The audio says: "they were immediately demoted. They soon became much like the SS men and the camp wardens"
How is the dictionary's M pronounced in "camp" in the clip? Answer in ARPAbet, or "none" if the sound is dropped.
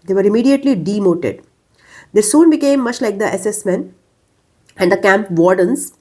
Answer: M